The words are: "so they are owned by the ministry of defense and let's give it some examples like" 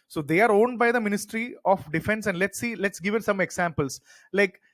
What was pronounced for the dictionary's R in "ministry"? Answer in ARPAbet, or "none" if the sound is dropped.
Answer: R